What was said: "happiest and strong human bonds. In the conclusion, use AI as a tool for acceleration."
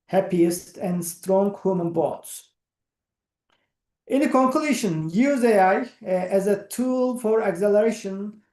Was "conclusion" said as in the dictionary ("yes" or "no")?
no